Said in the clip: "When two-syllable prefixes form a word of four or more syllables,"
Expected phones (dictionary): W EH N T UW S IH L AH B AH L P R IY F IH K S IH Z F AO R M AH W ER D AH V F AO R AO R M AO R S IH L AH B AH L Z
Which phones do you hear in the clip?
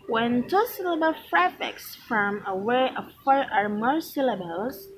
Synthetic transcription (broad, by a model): W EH N T UW S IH L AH B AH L F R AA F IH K S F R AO M AH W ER AH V F AO R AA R M AO R S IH L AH B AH L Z